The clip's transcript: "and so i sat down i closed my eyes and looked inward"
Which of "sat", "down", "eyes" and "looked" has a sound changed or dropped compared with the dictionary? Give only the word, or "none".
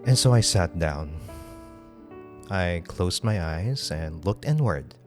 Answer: none